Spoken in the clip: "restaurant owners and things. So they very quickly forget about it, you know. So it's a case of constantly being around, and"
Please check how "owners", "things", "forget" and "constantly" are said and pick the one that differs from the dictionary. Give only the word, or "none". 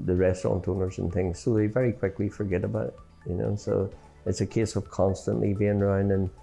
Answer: none